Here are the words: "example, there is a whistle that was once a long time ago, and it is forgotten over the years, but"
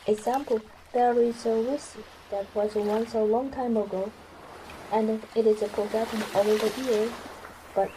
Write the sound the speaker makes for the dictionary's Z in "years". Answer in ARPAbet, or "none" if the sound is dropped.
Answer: none